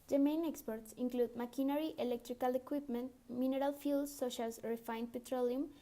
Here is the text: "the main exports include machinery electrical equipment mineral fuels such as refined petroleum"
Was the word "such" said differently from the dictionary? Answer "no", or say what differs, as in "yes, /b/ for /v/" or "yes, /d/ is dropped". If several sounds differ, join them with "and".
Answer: yes, /ʃ/ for /tʃ/